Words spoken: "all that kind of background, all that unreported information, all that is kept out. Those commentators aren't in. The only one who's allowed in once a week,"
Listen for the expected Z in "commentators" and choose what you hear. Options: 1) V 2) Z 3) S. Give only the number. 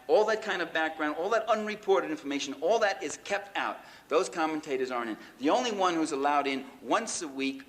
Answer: 2